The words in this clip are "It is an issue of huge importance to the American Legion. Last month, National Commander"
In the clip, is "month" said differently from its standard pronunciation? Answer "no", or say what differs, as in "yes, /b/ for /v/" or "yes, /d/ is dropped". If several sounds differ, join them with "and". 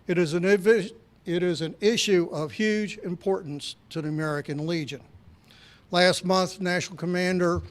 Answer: no